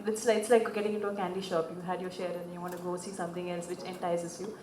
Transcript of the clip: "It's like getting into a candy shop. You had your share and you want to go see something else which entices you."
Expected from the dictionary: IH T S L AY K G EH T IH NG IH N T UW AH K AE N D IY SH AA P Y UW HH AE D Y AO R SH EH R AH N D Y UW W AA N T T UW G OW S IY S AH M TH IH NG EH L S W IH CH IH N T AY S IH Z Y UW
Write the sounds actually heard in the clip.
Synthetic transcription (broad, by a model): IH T S L AY K G EH T IH NG IH N T UW AH K AE N D IY SH AA P Y UW HH AE D Y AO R SH EH R AH N D Y UW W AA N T T UW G OW S IY S AH M T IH NG EH L S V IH CH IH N T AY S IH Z Y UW